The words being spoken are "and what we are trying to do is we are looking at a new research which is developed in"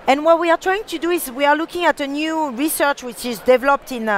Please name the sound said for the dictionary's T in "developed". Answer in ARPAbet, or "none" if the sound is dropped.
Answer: T